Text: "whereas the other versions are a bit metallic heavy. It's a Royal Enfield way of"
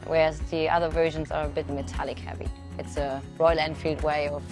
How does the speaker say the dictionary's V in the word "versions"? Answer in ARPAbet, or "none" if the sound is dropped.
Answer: V